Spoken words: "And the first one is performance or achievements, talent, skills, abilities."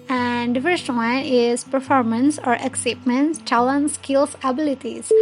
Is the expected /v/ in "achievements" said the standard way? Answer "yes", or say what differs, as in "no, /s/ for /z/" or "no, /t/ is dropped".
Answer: no, /p/ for /v/